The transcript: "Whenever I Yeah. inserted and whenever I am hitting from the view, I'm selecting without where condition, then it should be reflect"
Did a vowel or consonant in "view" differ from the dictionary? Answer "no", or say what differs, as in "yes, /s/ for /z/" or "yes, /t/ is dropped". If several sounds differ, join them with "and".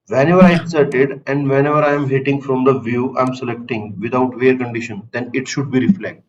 no